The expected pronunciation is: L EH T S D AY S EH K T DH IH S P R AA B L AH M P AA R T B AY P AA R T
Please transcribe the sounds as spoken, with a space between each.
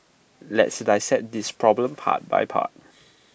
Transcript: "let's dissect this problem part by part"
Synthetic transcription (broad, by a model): L EH T S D AY S EH T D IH S P R AA B L AH M P AA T B AY P AA T